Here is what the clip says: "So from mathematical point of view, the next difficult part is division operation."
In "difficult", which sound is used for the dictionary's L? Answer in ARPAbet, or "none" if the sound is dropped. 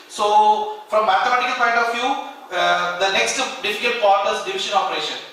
none